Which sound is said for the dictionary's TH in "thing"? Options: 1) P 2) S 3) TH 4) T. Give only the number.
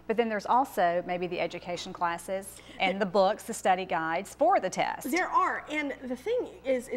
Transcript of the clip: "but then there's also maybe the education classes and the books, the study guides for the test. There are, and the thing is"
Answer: 3